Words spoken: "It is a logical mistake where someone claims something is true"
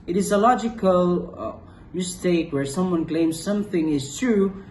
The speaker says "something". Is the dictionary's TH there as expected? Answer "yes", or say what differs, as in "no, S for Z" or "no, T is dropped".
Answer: yes